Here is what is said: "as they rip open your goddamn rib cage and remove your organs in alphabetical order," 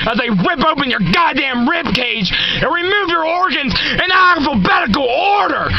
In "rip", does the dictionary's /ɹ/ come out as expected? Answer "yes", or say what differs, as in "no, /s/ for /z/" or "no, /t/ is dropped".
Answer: no, /w/ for /ɹ/